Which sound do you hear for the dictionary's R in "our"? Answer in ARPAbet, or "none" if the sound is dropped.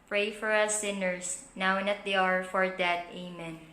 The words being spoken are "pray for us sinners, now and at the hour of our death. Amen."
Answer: R